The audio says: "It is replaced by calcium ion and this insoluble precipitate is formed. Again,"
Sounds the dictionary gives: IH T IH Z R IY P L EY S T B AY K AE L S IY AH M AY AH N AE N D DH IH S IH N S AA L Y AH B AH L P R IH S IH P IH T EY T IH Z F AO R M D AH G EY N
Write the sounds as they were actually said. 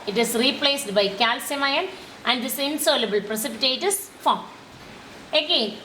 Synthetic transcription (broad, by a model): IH T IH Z R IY P L EY S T B AY K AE L S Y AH M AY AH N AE N D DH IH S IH N S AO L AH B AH L P R IH S IH P IH T EY T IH S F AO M AH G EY N